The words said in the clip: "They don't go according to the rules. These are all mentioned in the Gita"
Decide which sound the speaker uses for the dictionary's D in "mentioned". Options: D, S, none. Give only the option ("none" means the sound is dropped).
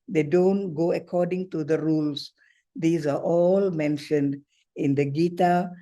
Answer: D